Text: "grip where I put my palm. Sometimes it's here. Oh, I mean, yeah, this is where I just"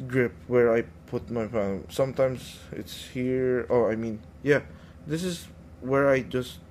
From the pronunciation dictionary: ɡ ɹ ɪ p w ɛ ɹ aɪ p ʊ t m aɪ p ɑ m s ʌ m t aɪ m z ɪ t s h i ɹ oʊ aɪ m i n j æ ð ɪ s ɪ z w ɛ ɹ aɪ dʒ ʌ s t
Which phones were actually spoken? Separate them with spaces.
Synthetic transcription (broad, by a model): ɡ ɹ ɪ p w ɛ ɹ aɪ p ʊ t m aɪ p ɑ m s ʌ m t aɪ m s ɪ t s h i ɹ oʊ aɪ m i n j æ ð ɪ s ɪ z w ɛ ɹ aɪ dʒ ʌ s t